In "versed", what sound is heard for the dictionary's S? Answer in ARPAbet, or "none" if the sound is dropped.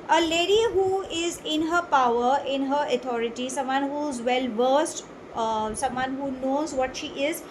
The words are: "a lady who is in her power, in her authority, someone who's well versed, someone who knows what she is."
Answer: S